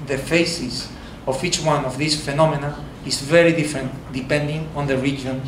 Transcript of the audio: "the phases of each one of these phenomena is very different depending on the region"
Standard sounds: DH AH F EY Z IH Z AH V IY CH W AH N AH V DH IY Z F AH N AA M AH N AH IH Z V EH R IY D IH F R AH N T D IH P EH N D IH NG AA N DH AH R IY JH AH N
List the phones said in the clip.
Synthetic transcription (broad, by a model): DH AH F EY S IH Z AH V IY CH W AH N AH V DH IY S F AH N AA M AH N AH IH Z V EH R IY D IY F R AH N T D IH P EH N D IH NG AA N DH AH R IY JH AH N